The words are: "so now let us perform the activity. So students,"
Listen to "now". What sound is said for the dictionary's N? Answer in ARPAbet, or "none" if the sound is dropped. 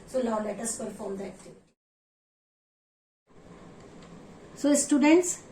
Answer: L